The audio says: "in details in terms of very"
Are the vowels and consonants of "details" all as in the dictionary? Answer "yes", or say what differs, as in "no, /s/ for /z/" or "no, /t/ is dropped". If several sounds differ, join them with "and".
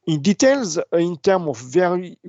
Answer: yes